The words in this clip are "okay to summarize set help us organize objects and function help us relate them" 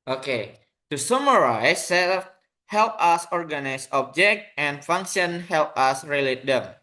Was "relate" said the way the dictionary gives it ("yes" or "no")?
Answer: yes